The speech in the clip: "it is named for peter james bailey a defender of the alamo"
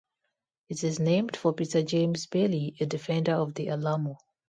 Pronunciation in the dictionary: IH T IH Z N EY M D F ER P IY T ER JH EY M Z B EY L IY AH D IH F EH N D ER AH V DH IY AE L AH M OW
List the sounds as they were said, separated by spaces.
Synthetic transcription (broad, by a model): IH T IH Z N EY M D F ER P IY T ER JH EY M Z B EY L IY AH D IH F EH N D ER AH V DH IY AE L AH M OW